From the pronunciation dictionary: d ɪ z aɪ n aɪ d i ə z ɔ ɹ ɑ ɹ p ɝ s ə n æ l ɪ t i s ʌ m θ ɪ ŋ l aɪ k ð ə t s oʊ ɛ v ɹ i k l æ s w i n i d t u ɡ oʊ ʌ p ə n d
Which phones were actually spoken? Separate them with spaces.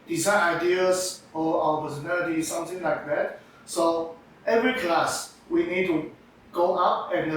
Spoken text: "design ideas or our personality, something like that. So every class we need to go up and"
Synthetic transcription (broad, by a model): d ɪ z aɪ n aɪ d i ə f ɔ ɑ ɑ w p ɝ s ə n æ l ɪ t i s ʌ m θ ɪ ŋ l aɪ k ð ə t s oʊ ɛ v ɹ i k l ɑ s w i n i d t u ɡ oʊ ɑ p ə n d